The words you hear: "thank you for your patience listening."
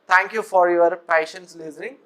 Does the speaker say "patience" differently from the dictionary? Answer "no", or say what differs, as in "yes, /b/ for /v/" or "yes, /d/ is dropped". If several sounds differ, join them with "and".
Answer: no